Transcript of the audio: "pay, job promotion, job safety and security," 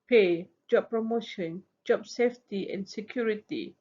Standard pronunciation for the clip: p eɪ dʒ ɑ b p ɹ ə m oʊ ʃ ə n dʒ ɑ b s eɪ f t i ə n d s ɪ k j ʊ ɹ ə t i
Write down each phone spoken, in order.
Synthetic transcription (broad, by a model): p eɪ dʒ ɑ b p ɹ ə m oʊ ʃ ə n dʒ ɑ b s eɪ f t i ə n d s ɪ k j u ɹ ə t i